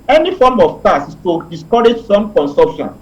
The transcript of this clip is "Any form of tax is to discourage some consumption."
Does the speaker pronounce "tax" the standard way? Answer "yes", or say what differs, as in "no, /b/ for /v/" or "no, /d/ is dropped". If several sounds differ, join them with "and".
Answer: no, /k/ is dropped